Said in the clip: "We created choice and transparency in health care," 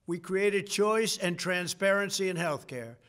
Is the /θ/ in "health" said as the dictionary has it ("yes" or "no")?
yes